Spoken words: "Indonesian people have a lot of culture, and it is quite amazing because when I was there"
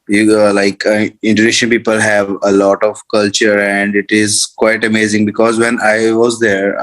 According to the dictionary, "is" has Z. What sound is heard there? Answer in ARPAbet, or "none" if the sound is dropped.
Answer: Z